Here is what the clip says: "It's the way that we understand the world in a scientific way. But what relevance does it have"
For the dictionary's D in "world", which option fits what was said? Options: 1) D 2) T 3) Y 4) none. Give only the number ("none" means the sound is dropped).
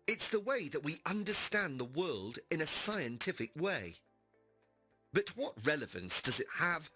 1